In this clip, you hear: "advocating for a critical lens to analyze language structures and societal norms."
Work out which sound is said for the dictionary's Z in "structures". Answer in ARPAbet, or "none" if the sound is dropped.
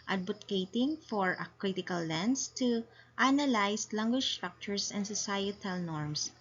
S